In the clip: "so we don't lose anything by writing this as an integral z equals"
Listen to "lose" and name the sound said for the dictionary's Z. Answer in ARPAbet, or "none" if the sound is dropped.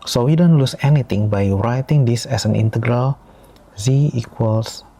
S